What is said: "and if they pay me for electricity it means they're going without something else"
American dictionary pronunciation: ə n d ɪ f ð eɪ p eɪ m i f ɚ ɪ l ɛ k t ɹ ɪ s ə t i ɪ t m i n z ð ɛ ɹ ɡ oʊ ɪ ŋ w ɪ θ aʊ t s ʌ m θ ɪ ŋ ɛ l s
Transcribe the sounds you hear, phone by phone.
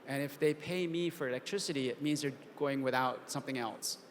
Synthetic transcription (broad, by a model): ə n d ɪ f ð eɪ p eɪ m i f ɚ ɪ l ɛ k t ɹ ɪ s ə t i ɪ t m i n z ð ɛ ɹ ɡ oʊ ɪ ŋ w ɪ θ aʊ t s ʌ m θ ɪ ŋ ɛ l s